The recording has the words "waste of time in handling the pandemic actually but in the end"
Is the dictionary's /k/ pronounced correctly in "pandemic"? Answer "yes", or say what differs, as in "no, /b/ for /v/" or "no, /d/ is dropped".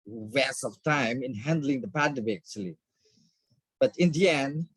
no, /k/ is dropped